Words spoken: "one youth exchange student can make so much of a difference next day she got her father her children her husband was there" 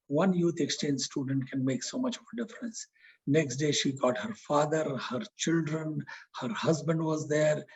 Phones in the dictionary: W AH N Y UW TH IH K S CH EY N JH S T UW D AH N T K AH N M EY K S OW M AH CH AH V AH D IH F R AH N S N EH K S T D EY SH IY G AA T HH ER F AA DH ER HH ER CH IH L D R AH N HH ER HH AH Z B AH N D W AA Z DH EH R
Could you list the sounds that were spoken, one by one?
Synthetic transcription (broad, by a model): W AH N Y UW T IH K S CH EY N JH S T UW D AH N T K AH N M EY K S OW M AH CH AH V AH D IH F R AH N S N EH K S T D EY SH IY G AA T HH ER F AA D ER HH ER CH IH L D R AH N HH ER HH AH Z B AH N D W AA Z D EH R